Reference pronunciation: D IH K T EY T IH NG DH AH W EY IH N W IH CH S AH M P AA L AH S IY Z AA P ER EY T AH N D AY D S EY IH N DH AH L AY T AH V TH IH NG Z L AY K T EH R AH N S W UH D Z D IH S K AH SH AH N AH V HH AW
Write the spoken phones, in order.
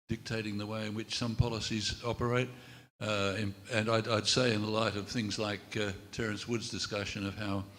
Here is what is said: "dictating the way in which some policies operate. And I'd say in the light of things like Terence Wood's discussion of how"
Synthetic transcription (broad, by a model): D IH K T EY T IH NG DH AH W EY IH N W IH CH S AH M P AA L AH S IY Z AA P ER EY T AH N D AY D S EY IH N DH AH L AY T AH V TH IH NG Z L AY K T EH R AH N S W UH D Z D IH S K AH SH AH N AH V HH AW